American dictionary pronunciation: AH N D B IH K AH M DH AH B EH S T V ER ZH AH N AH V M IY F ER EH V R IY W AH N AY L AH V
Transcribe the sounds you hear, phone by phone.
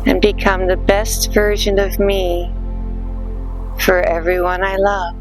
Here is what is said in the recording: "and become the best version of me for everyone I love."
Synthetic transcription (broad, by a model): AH N B IH K AH M DH AH B EH S T V ER ZH AH N AH V M IY F ER EH V R IY W AH N AY L AH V